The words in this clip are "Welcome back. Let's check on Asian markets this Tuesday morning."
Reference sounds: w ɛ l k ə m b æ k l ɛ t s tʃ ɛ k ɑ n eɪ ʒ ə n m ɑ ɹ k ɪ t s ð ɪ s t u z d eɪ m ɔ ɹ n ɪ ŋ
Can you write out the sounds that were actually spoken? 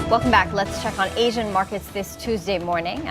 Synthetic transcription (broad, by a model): w ɛ l k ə m b æ k l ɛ t s tʃ ɛ k n eɪ ʒ ə n m ɑ ɹ k ɪ t s ð ɪ s t u z d eɪ m ɔ ɹ n ɪ ŋ